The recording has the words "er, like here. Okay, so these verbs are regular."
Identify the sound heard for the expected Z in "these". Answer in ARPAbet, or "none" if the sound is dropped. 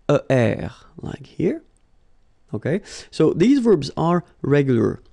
Z